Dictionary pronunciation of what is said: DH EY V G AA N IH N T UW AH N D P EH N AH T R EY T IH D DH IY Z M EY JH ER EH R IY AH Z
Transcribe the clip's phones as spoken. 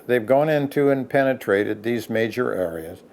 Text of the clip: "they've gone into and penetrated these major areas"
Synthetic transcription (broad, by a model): DH EY V G AA N IH N T UW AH N P EH N AH T R EY T IH D DH IY Z M EY JH ER EH R IY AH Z